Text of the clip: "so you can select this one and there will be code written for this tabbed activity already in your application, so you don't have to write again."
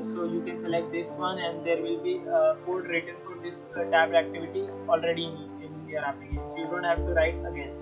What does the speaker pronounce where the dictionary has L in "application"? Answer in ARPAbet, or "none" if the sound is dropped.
none